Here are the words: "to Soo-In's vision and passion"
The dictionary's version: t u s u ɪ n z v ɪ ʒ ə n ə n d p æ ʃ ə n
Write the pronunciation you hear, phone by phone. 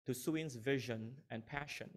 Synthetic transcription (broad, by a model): t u s u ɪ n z v ɪ ʒ ə n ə n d p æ ʃ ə n